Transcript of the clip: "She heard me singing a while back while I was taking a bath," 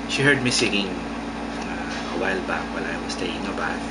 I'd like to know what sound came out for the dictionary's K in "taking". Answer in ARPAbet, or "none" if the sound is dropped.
none